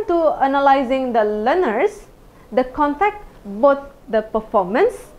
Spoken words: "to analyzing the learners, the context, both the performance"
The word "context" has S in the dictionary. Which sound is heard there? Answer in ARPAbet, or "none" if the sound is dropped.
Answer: none